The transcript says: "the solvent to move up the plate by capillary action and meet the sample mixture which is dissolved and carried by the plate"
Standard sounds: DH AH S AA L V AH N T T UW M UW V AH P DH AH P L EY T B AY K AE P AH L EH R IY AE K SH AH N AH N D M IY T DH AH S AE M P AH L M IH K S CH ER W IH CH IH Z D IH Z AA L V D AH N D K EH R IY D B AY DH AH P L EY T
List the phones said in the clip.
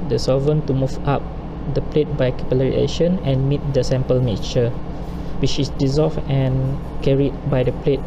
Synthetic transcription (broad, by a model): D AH S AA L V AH N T T UW M UW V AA P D AH P L EY T B AY K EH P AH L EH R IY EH SH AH N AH N M IY T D AH S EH M P AH L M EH CH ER W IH CH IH S D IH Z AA L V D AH N K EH R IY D B AY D AH P L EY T